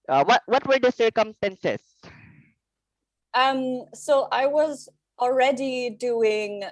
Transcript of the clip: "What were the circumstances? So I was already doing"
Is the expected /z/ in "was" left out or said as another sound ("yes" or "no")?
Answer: no